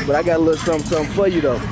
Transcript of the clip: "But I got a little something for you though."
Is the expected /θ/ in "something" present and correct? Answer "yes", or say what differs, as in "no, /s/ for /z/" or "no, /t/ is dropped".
no, /s/ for /θ/